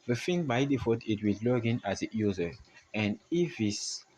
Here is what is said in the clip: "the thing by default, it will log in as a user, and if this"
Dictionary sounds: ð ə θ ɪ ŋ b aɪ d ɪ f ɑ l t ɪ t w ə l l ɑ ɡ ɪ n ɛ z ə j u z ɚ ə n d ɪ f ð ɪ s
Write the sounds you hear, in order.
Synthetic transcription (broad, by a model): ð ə f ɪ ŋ b aɪ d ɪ f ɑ t ɪ t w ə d l ɑ ɡ ɪ n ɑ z ə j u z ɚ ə n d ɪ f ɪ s